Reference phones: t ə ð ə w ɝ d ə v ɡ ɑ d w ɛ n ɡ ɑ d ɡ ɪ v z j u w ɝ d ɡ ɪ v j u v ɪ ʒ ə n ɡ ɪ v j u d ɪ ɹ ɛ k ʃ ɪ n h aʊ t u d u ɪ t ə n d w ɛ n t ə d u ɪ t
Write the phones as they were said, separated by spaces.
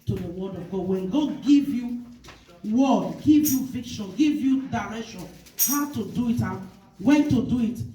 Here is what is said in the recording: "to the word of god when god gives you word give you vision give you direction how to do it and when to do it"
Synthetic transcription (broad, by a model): t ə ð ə w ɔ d ə v ɡ ɑ d w ɛ n ɡ ɑ d ɡ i v j u w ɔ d ɡ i v j u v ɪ ʃ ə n ɡ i v j u d ɪ ɹ ɛ k ʃ ɪ n h aʊ t u d u ɪ t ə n w ɛ n t ə d u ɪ t